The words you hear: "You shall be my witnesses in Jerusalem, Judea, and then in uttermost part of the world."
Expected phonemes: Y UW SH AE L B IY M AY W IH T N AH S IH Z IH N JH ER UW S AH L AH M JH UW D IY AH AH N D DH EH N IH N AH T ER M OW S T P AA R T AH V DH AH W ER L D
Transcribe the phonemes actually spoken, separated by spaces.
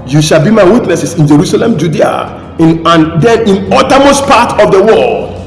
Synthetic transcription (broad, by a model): Y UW SH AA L B IY M AY W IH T N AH S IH S IH N JH ER UW S AH L AH M JH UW D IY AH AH N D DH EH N IH N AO T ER M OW S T P AA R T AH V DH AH W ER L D